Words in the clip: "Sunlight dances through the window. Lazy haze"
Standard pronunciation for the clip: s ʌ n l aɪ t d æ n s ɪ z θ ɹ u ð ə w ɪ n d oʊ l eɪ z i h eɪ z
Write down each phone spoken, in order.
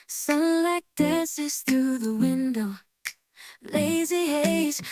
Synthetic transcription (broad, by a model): s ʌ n l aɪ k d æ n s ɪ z θ ɹ u ð ə w ɪ n d oʊ l eɪ z i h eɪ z